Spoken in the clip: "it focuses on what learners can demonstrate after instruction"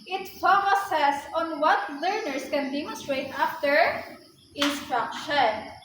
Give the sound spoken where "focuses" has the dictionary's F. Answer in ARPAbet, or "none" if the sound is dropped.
P